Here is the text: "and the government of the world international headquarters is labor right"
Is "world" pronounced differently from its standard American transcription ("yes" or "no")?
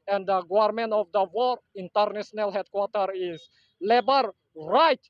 yes